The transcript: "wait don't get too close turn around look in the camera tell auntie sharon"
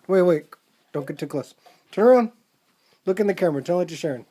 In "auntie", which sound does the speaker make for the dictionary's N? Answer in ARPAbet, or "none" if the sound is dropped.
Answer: none